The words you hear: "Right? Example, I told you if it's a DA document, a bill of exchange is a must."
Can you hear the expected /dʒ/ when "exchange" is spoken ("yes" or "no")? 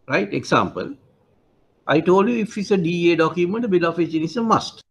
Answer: no